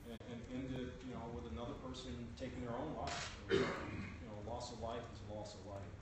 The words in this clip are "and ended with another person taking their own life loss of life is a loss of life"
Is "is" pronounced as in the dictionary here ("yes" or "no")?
yes